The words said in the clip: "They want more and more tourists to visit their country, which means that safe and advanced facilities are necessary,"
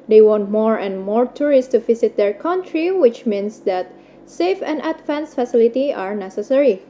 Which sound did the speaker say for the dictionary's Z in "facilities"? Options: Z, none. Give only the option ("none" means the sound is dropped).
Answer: none